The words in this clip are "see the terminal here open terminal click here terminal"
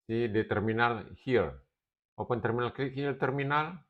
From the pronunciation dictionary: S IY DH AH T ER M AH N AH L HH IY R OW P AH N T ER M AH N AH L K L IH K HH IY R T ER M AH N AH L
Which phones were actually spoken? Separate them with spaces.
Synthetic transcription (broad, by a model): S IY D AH T ER M AH N AH L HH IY W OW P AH N T ER M AH N AH L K IY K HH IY L T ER M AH N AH L